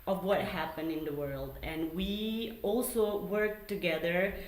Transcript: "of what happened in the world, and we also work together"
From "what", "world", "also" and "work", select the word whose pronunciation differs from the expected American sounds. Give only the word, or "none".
none